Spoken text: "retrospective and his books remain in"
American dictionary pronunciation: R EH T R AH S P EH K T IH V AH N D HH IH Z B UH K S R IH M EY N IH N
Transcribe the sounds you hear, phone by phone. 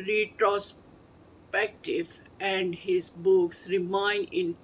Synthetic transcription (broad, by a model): R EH T R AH S P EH K T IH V AH N D HH IH Z B UH K S R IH M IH N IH N